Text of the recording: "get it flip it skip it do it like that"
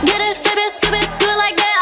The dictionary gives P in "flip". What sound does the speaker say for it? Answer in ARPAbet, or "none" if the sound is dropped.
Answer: B